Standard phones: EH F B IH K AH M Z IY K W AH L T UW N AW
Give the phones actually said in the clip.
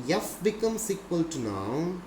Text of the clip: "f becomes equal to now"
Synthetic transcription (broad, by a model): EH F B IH K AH M S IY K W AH L T UW N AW